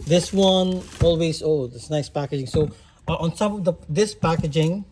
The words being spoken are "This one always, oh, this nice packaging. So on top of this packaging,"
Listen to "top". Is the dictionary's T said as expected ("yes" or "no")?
no